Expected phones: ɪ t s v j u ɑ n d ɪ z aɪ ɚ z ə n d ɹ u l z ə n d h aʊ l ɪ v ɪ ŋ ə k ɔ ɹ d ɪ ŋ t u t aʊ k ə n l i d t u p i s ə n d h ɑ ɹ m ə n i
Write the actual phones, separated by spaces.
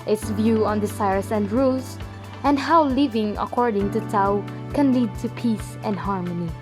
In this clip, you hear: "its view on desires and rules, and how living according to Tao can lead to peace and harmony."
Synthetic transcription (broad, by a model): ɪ t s v j u ɑ n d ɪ s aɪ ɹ s ə n d ɹ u l s ə n d h aʊ l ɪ v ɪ ŋ ə k ɔ ɹ d ɪ ŋ t u t aʊ k ə n l i d t u p i s ə n d h ɑ ɹ m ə n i